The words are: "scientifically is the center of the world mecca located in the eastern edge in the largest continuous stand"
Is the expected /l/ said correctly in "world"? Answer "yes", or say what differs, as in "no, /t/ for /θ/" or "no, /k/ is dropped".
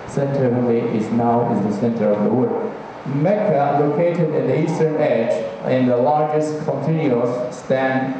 no, /l/ is dropped